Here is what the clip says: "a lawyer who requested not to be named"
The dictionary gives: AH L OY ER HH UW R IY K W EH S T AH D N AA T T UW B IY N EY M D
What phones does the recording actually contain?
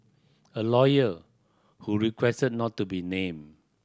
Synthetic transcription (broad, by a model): AH L OY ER HH UW R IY K W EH S T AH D N AA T T UW B IY N EY M